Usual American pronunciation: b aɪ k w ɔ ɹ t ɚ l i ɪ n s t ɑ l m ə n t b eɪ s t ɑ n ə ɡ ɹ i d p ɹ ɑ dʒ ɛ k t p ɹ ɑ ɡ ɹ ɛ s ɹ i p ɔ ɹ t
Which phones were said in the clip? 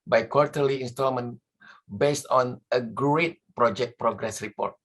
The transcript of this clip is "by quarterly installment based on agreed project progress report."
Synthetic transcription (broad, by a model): b aɪ k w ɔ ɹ t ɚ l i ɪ n s t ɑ l m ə n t b eɪ s t ɑ n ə ɡ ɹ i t p ɹ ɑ dʒ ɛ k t p ɹ ɑ ɡ ɹ ɛ s ɹ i p ɔ ɹ t